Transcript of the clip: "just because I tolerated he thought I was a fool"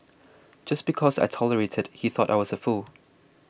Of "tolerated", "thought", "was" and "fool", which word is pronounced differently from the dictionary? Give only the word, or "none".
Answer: none